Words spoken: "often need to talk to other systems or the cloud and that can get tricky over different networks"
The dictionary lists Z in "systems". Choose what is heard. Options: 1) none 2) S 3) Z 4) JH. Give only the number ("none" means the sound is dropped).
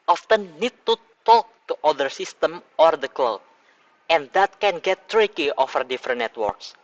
1